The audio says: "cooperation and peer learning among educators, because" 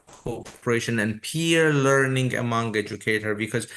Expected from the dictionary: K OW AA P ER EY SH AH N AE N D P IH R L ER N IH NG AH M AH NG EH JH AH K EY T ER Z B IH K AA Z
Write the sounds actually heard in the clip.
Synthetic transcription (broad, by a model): K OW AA P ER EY SH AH N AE N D P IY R L ER N IH NG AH M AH NG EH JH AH K EY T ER B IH K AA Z